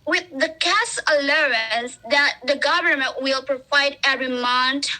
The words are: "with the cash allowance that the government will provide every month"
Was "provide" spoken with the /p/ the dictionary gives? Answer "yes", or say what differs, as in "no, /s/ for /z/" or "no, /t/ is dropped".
yes